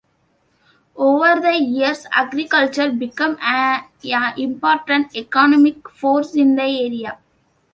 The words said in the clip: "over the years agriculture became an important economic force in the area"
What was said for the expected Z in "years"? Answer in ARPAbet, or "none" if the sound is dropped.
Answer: S